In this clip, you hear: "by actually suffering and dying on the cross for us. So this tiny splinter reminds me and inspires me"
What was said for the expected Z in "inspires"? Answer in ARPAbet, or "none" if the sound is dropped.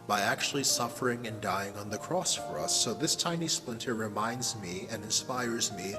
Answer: Z